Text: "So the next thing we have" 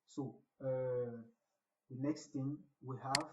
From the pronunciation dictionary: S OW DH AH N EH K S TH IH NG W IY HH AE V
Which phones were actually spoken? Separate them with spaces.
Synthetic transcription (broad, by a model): S OW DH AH N EH K S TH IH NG W IY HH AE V